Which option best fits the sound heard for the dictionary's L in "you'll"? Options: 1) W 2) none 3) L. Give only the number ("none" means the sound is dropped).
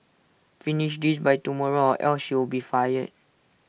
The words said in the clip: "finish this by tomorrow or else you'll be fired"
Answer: 1